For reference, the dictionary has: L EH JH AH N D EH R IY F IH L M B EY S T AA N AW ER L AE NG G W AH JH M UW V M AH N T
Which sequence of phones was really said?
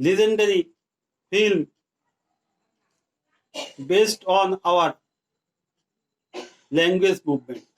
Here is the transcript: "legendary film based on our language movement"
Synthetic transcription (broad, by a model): L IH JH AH N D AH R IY F IH L M B EY S T AA N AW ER L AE NG G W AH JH M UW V M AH N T